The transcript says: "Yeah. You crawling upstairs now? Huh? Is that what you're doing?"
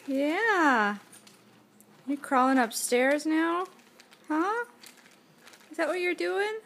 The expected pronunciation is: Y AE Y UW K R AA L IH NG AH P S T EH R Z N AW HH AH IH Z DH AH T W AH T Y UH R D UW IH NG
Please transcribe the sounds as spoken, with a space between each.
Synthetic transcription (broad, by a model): Y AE Y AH K R AA L IH NG AH P S T EH R Z N AW HH AH IH Z DH AH T W AH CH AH R D UW IH NG